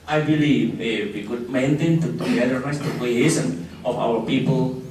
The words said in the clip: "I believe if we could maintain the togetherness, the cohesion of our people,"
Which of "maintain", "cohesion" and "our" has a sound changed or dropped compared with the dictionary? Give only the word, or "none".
cohesion